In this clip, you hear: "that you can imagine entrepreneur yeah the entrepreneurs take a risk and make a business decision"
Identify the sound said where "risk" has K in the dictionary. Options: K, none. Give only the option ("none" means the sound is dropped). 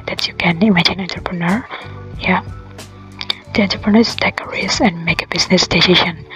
none